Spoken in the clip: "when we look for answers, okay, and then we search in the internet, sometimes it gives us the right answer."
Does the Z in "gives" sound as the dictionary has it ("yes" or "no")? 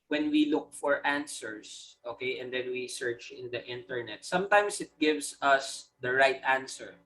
no